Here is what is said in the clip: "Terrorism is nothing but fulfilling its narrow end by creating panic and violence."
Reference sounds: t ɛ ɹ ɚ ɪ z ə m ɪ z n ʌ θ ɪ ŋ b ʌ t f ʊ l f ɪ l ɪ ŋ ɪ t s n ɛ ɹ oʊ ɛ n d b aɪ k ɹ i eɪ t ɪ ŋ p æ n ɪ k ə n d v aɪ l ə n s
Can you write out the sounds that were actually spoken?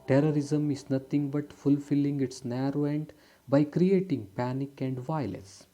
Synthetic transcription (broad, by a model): t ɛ ɹ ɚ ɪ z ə m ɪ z n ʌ t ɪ ŋ b ʌ t f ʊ l f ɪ l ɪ ŋ ɪ t s n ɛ ɹ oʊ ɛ n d b aɪ k ɹ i eɪ t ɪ ŋ p æ n ɪ k ə n d v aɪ l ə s